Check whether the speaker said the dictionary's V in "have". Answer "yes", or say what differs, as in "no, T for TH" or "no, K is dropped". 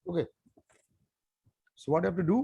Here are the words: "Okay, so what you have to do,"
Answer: no, F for V